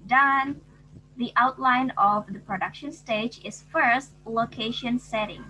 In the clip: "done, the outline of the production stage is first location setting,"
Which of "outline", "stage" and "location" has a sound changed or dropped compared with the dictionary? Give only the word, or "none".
none